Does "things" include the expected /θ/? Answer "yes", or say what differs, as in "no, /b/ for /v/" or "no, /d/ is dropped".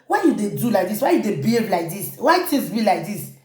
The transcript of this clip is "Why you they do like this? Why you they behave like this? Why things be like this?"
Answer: no, /t/ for /θ/